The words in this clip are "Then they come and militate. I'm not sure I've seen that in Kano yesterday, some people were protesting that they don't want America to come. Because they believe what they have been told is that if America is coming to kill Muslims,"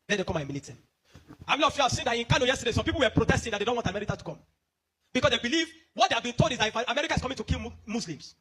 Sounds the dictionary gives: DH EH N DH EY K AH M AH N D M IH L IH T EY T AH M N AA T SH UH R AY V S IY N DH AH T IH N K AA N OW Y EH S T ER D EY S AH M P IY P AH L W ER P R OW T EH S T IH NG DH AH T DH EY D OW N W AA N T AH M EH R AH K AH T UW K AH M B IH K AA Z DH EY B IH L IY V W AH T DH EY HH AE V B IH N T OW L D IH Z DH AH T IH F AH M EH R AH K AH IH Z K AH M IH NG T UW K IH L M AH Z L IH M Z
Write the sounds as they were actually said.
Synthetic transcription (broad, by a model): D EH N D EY K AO M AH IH M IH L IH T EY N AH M L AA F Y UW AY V S IY N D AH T IH N K AA N OW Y EH S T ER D EY S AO M P IY P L W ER P R OW T EH S T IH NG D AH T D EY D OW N W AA T AH M EH R AH K AH T UW K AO M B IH K AA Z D EY B IH L IY V W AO T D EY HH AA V B IH N T OW L D IH Z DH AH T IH F AH M EH R AH K AH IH S K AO M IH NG T UW K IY L M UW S L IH M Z